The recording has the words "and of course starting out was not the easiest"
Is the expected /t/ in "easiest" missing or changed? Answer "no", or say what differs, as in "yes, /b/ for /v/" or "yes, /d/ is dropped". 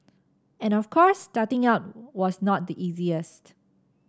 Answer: no